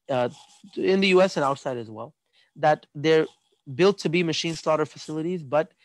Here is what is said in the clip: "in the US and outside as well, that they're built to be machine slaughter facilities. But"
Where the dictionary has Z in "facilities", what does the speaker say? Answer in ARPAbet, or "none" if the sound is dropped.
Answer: Z